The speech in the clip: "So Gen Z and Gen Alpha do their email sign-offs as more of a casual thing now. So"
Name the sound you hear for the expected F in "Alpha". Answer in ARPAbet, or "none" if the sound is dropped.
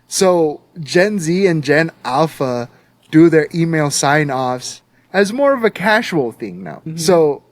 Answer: F